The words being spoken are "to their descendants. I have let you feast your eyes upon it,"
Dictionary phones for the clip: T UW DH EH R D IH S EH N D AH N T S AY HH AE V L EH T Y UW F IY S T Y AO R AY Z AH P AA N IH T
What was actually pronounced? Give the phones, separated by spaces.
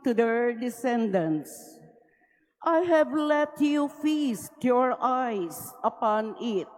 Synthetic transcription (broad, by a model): T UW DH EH R D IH S EH N D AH N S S AY HH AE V L EH T Y UW F IY S T Y AO R AY S AH P AA N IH T